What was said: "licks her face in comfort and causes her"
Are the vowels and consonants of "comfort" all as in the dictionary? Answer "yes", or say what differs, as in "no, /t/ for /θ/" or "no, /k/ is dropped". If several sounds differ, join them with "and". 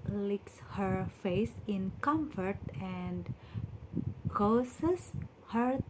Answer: yes